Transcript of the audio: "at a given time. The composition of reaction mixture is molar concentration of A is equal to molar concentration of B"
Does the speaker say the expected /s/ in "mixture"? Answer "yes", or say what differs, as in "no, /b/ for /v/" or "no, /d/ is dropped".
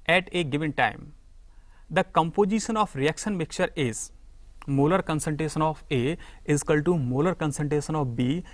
no, /s/ is dropped